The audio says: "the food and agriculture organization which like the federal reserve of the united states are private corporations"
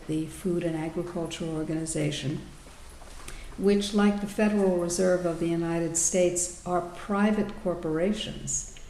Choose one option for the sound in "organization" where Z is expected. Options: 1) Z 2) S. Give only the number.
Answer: 1